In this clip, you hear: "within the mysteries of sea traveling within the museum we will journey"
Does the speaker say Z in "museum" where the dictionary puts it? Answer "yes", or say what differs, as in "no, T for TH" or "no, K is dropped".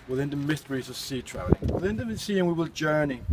no, S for Z